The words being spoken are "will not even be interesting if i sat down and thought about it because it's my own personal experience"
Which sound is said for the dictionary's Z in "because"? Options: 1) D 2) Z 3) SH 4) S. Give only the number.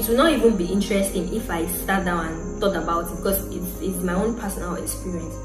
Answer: 4